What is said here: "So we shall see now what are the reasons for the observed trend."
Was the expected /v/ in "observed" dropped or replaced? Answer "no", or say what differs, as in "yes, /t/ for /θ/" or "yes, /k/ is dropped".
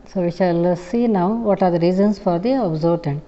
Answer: yes, /v/ is dropped